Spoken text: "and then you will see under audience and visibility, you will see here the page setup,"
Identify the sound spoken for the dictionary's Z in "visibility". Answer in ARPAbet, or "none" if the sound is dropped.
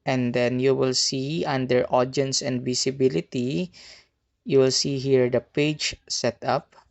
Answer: S